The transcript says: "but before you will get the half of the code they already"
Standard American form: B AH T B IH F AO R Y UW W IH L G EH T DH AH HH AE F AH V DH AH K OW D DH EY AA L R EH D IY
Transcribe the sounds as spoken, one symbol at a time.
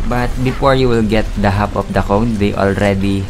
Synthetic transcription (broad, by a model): B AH T B IH F AO R Y UW W IH L G EH T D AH HH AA P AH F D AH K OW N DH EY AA L R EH D IY